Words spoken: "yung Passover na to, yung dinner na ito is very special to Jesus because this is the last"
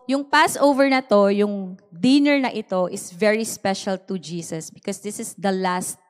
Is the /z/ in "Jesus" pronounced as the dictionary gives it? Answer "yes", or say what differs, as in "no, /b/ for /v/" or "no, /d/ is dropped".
no, /s/ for /z/